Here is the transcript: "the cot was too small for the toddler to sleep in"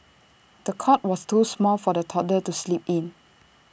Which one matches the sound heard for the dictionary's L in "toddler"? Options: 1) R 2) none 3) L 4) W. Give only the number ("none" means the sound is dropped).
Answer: 2